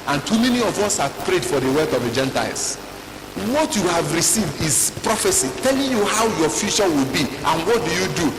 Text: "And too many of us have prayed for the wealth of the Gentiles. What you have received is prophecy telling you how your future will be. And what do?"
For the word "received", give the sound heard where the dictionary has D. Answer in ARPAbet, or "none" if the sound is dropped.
D